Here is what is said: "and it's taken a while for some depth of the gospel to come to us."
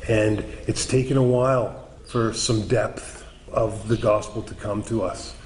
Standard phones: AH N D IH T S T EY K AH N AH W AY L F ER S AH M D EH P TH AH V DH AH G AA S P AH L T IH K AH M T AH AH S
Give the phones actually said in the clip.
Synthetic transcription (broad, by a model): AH N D IH T S T EY K AH N AH W AY L F ER S AH M D EH P TH AH V DH AH G AA S P L T IH K AH M T AH AH S